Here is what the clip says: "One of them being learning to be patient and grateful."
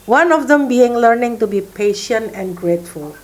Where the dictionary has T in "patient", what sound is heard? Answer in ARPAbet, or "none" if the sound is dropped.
T